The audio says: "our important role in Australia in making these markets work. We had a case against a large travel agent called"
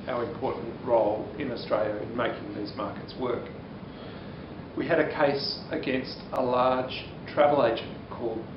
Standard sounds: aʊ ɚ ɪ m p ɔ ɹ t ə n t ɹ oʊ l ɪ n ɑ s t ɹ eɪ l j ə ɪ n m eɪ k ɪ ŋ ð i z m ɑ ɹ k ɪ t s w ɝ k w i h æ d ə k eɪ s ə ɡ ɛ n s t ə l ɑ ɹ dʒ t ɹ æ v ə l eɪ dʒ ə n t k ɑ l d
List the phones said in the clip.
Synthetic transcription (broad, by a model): aʊ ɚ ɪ m p ɔ ɹ t n t ɹ oʊ l ɪ n ɑ s t ɹ eɪ l j ə ɪ n m eɪ k ɪ ŋ ð i z m ɑ ɹ k ɪ t s w ɝ k w i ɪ d ə k eɪ s ə ɡ ɛ n s t ə l ɑ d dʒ t ɹ æ v ə l eɪ dʒ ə n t k ɑ l d